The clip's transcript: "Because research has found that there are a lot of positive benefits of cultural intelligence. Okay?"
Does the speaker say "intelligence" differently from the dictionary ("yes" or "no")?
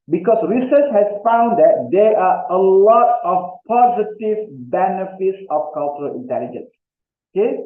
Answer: no